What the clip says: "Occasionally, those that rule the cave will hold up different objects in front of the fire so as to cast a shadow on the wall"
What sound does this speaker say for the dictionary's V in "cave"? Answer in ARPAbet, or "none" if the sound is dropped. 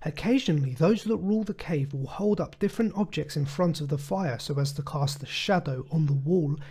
V